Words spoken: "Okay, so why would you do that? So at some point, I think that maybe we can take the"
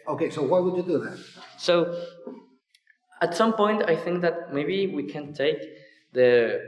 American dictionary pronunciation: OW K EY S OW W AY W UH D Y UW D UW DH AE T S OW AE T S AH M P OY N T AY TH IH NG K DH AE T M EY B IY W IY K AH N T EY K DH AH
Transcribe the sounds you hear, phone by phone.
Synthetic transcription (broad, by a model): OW K EY S OW W AY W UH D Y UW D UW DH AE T S OW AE T S AH M P OY N T AY TH IH NG K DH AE T M EY B IY W IY K AH N T EY K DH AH